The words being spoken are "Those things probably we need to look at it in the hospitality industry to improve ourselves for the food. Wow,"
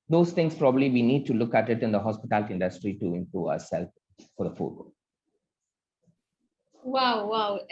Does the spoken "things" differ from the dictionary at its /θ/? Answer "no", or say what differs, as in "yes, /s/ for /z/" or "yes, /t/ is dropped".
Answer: yes, /t/ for /θ/